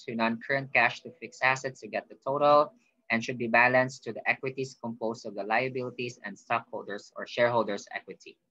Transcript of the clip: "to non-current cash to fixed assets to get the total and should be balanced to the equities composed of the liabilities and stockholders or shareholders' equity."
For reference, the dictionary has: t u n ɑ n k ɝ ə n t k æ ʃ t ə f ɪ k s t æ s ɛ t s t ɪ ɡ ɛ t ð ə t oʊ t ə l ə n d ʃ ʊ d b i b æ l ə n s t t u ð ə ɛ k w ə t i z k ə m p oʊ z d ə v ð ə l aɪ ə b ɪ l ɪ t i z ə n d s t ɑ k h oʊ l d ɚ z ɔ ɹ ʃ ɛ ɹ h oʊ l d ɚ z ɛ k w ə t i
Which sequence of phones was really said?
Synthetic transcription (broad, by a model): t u n ɑ n k ɝ ə n t k æ ʃ t ə f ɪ k s æ s ɛ t s t ɪ ɡ ɛ t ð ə t oʊ t ə l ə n ʃ ʊ d b i b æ l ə n s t t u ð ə ɛ k w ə t i s k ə m p oʊ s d ə v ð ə l aɪ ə b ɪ l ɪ t i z ə n d s t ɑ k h oʊ l d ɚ s ɔ ɹ ʃ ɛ ɹ h oʊ l d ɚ s ɛ k w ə t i